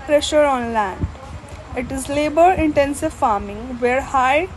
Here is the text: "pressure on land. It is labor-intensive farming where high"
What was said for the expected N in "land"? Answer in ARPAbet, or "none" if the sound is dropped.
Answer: N